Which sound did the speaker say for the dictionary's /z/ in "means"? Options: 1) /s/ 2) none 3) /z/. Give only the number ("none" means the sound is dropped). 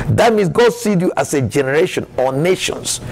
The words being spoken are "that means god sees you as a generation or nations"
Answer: 1